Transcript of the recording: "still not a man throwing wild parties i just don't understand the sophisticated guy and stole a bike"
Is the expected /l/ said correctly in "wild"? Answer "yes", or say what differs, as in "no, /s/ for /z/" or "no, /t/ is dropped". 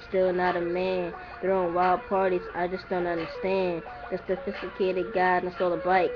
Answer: yes